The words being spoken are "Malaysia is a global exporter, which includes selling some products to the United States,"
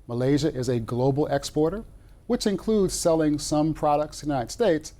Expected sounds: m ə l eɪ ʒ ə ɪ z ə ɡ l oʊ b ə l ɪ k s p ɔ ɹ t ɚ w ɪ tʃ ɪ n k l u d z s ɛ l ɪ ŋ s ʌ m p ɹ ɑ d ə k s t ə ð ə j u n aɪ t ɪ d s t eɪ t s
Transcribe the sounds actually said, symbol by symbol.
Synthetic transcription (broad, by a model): m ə l eɪ ʒ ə ɪ z ə ɡ l oʊ b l ɪ k s p ɔ ɹ t ɚ w ɪ tʃ ɪ n k l u d z s ɛ l ɪ ŋ s ʌ m p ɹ ɑ d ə k t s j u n aɪ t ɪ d s t eɪ t s